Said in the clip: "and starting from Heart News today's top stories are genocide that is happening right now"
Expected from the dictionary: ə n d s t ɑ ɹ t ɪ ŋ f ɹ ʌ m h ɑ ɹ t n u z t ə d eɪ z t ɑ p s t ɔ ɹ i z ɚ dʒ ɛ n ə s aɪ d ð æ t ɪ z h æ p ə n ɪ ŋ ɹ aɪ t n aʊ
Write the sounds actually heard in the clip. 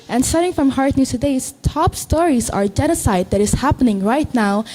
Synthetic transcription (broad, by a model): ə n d s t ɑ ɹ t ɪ ŋ f ɹ ʌ m h ɑ ɹ t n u t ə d eɪ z t ɑ p s t ɔ ɹ i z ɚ dʒ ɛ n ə s aɪ d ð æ t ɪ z h æ p ə n ɪ ŋ ɹ aɪ t n aʊ